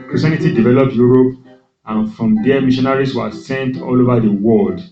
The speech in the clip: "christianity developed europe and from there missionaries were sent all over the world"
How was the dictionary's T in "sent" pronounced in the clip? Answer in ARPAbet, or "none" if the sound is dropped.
T